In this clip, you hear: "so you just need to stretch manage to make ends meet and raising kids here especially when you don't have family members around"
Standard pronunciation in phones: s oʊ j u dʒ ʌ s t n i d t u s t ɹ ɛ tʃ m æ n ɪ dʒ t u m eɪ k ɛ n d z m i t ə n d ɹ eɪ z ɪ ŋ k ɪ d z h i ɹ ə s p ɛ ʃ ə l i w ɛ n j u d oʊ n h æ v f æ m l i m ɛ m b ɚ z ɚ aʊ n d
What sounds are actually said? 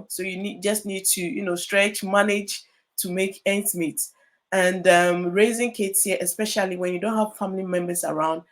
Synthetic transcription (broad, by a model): s oʊ j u dʒ ʌ s t n i d t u s t ɹ ɛ tʃ m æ n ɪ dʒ t u m eɪ k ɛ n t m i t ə n d ɹ eɪ z ɪ ŋ k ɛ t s h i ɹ ə s p ɛ ʃ ə l i w ɛ n j u d oʊ n h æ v f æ m l i m ɛ m b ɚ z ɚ aʊ n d